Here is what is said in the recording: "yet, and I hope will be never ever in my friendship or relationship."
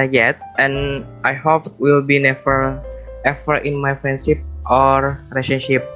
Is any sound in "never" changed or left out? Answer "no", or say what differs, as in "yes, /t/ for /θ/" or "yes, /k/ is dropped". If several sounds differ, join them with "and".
yes, /f/ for /v/